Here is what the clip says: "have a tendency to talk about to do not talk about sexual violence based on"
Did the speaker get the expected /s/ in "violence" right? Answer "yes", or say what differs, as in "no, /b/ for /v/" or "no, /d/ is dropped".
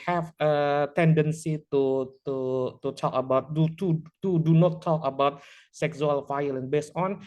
no, /s/ is dropped